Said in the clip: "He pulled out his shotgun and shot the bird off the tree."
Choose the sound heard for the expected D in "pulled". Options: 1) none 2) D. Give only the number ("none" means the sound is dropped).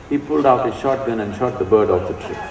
2